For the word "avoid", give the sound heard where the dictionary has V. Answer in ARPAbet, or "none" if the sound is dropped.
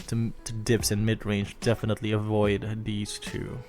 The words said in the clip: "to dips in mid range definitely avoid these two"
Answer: V